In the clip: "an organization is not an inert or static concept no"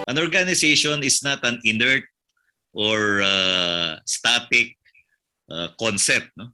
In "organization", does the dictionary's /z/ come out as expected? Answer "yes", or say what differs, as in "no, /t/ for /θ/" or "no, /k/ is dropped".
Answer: no, /s/ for /z/